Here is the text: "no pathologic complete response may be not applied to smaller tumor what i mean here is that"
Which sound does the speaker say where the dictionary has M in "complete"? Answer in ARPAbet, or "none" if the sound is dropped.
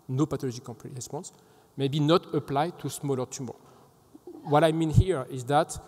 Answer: none